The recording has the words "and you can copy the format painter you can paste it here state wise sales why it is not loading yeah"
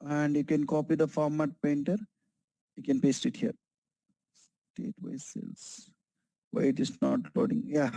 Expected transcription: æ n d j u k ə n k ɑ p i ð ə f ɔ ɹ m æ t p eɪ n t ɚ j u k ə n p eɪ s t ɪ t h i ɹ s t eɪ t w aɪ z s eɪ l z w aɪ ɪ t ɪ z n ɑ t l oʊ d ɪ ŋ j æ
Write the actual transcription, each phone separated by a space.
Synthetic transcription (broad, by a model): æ n d j u k ə n k ɑ p i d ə f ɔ ɹ m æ t p eɪ n t ɚ j u k ə n p eɪ s t ɪ t h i ɹ s t eɪ t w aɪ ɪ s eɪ l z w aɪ ɪ t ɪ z n ɑ t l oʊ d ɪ ŋ j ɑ